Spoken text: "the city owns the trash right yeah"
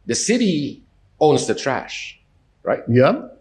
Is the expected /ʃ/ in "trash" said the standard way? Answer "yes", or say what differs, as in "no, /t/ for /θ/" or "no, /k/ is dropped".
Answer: yes